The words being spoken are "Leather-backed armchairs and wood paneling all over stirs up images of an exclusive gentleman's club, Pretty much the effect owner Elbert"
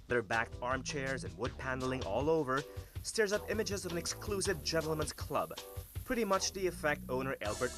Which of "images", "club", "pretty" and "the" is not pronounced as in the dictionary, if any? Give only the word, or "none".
none